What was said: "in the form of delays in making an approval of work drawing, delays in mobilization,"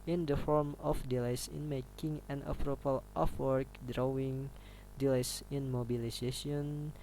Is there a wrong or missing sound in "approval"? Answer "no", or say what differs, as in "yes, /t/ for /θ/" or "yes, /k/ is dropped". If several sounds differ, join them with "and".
yes, /p/ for /v/